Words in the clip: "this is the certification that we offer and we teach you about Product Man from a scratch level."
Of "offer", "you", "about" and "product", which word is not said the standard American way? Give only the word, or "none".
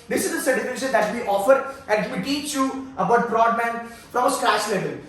product